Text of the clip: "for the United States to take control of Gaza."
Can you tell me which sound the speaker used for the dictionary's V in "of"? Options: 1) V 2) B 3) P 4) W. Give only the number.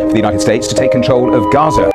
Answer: 1